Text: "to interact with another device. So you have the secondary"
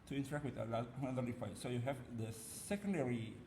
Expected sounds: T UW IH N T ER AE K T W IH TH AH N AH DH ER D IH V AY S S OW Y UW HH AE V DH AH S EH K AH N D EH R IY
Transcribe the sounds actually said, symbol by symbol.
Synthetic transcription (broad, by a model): T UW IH N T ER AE K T W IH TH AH L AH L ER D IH F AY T S OW Y UW HH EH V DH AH S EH K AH N D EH R IY